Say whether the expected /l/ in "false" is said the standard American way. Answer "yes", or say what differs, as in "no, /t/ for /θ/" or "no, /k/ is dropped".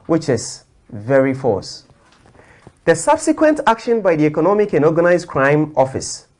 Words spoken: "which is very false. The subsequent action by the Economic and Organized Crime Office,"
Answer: no, /l/ is dropped